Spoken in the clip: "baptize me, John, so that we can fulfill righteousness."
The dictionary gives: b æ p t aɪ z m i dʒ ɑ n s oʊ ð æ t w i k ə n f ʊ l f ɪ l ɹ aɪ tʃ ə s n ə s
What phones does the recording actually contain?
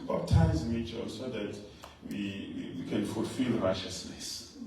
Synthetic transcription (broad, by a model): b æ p t aɪ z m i tʃ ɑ s oʊ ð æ t w i k ə n f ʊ l f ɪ l ɹ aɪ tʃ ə s n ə s